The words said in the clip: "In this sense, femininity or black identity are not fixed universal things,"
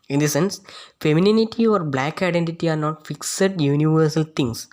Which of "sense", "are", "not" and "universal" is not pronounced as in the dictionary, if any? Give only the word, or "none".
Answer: none